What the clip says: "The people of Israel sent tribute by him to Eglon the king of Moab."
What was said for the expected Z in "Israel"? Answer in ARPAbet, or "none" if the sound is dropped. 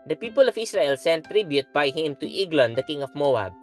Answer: S